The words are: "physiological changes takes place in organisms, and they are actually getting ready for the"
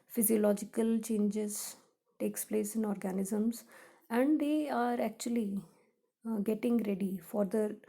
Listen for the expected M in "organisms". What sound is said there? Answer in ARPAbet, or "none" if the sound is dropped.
M